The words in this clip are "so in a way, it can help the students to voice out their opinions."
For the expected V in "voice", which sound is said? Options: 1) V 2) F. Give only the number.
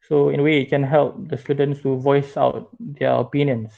1